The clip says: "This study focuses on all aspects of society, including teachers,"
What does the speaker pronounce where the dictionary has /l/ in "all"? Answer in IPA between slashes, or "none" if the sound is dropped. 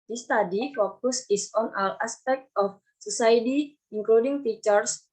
/w/